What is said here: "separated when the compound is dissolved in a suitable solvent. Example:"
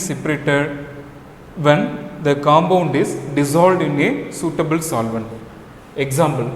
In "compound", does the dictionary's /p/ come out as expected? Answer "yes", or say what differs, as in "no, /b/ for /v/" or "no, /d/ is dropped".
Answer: no, /b/ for /p/